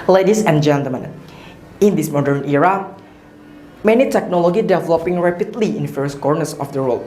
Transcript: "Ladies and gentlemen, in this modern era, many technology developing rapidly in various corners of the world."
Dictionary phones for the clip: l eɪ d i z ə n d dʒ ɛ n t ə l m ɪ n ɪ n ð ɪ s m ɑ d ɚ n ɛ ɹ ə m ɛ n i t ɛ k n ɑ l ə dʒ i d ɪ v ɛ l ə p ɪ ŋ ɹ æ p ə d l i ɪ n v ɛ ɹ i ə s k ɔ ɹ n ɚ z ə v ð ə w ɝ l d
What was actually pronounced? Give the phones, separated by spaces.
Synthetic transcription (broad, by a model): l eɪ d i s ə n dʒ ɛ n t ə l m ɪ n ɪ n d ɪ s m ɑ d ɚ n ɛ ɹ ə m ɛ n i t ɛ k n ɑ l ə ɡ i d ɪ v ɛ l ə p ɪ ŋ ɹ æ p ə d l i ɪ n f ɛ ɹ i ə s k ɔ ɹ n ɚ s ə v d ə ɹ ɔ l